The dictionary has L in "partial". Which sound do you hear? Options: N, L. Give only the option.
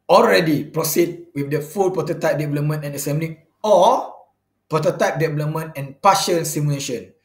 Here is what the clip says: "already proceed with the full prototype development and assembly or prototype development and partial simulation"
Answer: N